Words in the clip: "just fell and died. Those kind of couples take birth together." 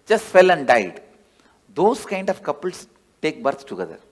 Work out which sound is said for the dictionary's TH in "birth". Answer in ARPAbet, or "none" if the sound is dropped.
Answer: S